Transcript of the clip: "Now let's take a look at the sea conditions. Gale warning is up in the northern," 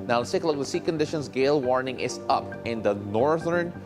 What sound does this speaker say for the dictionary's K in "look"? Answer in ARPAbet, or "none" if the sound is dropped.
none